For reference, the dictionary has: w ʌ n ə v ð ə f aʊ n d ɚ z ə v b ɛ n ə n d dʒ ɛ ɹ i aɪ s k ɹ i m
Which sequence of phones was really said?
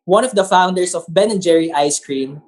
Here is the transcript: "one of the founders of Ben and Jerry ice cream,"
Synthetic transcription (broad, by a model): w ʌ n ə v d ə f aʊ n d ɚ s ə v b ɛ n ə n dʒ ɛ ɹ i aɪ s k ɹ i m